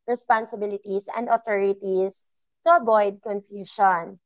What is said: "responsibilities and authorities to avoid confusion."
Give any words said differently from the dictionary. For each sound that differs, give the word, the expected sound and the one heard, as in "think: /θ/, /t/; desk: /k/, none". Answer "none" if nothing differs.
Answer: authorities: /θ/, /t/; authorities: /z/, /s/; avoid: /v/, /b/